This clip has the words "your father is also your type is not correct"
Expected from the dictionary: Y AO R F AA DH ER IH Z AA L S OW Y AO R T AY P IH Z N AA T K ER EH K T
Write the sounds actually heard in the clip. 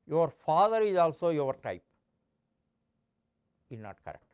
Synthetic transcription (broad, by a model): Y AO R F AA DH ER IH Z AA L S OW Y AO R T AY P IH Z N AA T K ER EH K T